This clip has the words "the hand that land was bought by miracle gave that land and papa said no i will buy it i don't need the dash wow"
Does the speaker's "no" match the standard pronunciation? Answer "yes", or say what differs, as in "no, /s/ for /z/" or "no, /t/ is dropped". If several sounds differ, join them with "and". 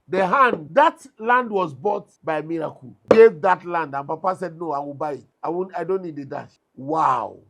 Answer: yes